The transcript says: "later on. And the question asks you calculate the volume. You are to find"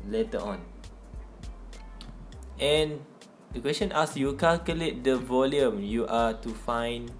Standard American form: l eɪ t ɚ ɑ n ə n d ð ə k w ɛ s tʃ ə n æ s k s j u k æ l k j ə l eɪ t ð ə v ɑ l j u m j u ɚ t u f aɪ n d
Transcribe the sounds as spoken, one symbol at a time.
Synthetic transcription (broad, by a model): l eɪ t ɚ ɑ n ə n d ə k w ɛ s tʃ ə n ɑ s s j u k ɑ l k j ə l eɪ t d ə v ɑ l j u m j u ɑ t u f aɪ n